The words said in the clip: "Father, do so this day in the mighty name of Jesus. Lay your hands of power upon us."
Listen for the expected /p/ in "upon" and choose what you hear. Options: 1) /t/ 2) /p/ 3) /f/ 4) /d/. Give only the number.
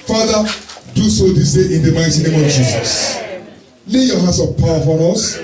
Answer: 3